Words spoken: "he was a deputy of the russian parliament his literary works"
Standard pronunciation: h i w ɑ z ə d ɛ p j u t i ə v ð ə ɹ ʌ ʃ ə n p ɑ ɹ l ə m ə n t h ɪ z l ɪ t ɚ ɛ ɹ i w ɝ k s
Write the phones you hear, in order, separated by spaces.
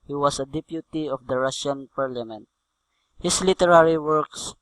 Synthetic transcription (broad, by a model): h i w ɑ s ə d ɛ p j u t i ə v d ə ɹ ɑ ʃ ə n p ɑ ɹ l ə m ə n t h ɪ s l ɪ t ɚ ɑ ɹ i w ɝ k s